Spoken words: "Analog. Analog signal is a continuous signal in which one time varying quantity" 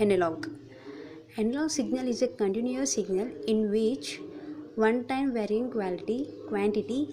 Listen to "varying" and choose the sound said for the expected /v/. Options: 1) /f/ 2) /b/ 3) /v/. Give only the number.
3